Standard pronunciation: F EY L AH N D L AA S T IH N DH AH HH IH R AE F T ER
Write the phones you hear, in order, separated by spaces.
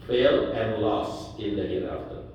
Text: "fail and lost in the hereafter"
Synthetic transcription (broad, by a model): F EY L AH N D L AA S IH N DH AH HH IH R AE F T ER